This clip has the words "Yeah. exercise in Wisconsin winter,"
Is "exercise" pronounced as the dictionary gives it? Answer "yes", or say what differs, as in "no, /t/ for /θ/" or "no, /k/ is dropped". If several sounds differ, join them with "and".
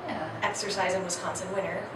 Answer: yes